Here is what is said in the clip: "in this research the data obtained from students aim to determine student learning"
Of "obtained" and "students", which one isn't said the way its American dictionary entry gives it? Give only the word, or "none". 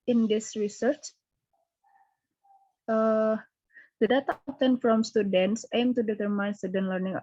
obtained